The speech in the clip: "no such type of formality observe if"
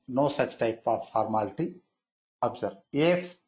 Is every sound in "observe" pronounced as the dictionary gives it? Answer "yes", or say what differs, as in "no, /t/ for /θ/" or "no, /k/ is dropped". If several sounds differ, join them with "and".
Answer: no, /b/ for /v/